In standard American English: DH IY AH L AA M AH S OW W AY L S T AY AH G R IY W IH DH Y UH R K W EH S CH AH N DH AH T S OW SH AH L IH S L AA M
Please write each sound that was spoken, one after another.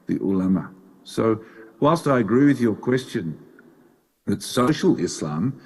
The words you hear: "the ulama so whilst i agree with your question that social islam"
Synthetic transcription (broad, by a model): DH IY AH L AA M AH S OW W AY L S T AY AH G R IY W IH DH Y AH R K W EH S CH AH N DH AH T S OW SH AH L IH S L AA M